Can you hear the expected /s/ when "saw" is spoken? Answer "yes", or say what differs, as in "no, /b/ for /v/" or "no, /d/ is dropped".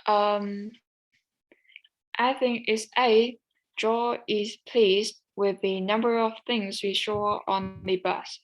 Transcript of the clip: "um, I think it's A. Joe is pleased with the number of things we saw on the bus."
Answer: no, /ʃ/ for /s/